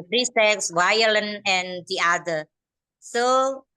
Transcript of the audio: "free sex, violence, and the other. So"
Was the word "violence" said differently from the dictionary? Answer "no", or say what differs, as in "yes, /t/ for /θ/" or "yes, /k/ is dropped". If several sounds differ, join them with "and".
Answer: yes, /s/ is dropped